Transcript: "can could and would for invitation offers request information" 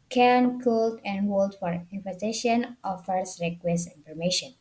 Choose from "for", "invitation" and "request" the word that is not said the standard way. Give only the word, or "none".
invitation